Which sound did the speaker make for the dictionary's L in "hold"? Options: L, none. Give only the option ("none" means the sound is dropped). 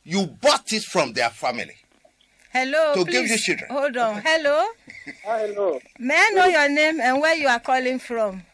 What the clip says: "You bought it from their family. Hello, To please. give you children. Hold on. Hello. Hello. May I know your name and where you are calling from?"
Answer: none